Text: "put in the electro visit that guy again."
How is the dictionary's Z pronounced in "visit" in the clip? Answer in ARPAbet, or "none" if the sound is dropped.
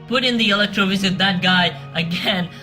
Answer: Z